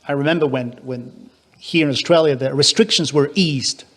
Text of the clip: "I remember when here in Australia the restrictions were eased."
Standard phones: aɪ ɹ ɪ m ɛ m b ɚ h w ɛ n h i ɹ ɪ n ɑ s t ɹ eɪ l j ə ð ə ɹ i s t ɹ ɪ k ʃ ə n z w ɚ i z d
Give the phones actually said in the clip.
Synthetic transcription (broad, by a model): aɪ ɹ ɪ m ɛ m b ɚ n w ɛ n h i ɹ ɪ n ɑ s t ɹ eɪ l j ə ð ə ɹ i s t ɹ ɪ k ʃ ə n z w ɚ i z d